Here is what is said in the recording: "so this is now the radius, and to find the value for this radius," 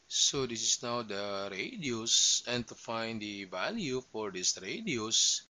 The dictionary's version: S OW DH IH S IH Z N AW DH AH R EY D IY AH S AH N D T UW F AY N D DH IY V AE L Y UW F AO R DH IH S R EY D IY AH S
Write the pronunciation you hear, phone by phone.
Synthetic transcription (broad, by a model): S OW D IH S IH S N AW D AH R EY D IY AH S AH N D T UW F AY N D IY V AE L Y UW F AO R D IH S R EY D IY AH S